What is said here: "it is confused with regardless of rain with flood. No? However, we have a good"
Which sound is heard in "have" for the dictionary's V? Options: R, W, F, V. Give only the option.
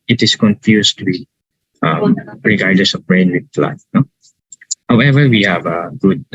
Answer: V